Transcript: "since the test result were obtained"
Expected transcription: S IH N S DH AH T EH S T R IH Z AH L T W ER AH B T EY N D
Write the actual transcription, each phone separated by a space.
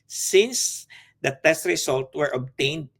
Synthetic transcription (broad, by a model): S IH N S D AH T EH S T R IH S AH L T W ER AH B T EY N D